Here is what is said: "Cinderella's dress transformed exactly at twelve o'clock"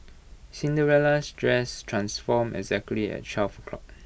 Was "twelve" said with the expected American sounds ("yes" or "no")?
no